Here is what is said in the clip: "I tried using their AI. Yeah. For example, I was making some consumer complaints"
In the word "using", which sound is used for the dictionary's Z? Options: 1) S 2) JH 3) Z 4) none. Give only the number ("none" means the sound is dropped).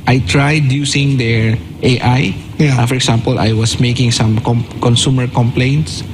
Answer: 1